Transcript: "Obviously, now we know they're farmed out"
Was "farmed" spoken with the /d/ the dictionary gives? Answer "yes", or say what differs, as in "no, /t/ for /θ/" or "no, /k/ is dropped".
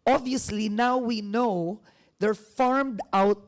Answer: yes